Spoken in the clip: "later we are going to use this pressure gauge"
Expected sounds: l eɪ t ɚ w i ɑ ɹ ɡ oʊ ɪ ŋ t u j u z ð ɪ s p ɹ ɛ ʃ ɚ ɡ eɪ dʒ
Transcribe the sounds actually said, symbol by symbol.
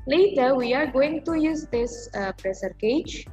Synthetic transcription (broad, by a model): l eɪ t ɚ w i ɑ ɹ ɡ oʊ ɪ ŋ t u j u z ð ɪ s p ɹ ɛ s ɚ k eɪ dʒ